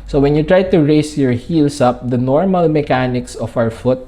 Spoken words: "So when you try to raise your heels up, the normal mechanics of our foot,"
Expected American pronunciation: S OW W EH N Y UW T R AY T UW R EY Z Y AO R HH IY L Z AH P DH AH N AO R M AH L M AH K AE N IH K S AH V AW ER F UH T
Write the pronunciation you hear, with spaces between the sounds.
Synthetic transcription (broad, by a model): S OW W EH N Y UW T R AY T UW R EY S Y AO R HH IY L S AH P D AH N AO R M AH L M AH K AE N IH K S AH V AW ER F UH T